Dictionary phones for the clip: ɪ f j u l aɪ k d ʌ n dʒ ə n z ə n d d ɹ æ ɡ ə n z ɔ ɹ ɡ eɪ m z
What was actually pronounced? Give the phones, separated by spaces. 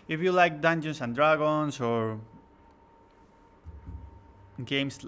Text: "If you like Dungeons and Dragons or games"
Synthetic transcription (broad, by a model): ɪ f j u l aɪ k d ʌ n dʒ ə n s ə n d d ɹ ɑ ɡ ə n s ɔ ɹ ɡ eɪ m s